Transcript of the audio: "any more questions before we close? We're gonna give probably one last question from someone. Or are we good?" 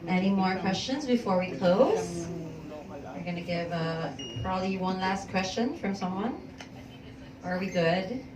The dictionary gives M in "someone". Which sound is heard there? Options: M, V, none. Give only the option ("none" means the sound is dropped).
M